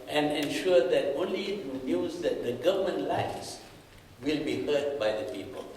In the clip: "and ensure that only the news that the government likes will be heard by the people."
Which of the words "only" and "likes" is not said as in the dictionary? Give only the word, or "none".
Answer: likes